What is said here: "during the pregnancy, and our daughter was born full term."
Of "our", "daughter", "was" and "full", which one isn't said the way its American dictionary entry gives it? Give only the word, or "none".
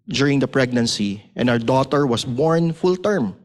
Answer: was